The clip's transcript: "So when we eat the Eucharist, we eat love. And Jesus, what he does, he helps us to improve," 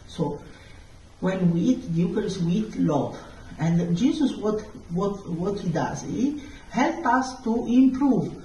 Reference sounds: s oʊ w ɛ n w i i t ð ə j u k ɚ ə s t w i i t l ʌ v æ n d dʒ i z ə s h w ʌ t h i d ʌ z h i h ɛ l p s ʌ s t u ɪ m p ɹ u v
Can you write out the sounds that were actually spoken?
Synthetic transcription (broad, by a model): s oʊ w ɛ n w i i t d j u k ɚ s w i i t l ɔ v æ n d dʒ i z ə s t w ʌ t h i d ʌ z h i h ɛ l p ʌ s t u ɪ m p ɹ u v